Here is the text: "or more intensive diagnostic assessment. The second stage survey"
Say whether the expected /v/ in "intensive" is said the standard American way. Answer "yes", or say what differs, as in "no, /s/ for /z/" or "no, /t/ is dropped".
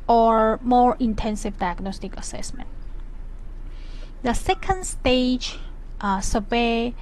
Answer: yes